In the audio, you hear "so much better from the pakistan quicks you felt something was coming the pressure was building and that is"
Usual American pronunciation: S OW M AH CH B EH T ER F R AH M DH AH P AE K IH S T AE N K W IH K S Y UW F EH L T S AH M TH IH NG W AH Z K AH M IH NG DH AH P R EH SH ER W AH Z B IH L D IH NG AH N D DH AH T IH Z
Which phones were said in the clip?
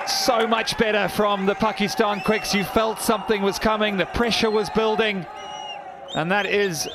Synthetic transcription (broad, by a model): S OW M AH CH B EH T ER F R AH M DH AH P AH K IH S T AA N K W IH K S Y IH F EH L T S AH M TH IH NG W AH Z K AH M IH NG DH AH P R EH SH ER W AH Z B IH L D IH NG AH N DH AH T IH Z